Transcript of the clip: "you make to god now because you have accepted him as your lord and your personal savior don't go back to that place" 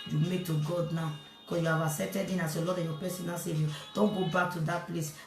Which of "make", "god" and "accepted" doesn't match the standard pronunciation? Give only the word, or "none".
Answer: accepted